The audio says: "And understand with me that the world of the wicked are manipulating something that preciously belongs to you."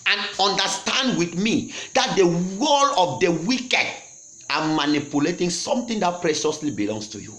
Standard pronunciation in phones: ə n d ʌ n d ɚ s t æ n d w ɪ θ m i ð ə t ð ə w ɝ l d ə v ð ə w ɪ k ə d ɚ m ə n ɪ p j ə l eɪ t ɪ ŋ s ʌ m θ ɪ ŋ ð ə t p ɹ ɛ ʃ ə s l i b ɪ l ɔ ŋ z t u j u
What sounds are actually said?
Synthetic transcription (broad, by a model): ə n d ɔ n d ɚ s t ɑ n d w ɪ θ m i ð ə t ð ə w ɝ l ə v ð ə w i k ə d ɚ m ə n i p j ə l eɪ t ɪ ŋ s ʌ m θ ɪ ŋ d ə t p ɹ ɛ ʃ ə s l i b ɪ l ɔ ŋ s t u j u